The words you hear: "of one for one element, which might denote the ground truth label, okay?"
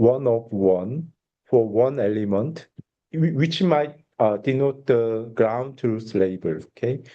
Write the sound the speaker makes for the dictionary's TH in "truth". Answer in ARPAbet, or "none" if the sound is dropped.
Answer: S